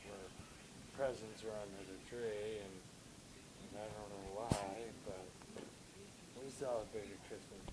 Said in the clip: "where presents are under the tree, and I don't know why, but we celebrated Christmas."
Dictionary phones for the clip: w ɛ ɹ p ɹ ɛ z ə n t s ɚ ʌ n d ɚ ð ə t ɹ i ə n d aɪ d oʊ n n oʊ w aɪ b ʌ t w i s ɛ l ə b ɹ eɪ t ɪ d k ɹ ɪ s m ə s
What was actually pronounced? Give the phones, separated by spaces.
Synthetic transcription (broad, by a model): w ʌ ɹ p ɹ ɛ z ə n t s ɚ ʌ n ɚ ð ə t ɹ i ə n aɪ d oʊ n n oʊ w aɪ b ʌ t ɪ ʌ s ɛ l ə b eɪ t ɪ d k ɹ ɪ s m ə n